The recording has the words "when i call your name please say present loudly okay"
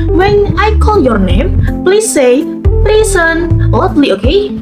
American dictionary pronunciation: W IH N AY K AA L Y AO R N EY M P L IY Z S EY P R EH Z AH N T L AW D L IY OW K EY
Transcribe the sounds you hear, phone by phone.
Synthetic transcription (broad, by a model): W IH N AY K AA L Y AO R N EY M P L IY S EY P L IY S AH N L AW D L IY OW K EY